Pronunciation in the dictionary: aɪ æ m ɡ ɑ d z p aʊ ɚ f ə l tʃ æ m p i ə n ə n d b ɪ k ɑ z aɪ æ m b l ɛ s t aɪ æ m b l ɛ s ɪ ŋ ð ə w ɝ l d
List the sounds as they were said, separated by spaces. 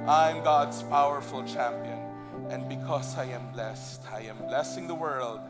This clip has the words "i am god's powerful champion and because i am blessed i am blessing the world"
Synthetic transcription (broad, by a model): aɪ m ɡ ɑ d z p aʊ ɚ f ə l tʃ æ m p i ə n ə n d b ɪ k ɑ s aɪ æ m b l ɛ s t aɪ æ m b l ɛ s ɪ ŋ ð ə w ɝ l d